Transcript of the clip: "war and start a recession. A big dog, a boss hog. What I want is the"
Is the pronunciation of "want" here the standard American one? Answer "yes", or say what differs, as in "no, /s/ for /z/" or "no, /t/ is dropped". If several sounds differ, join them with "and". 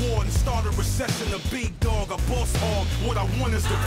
no, /t/ is dropped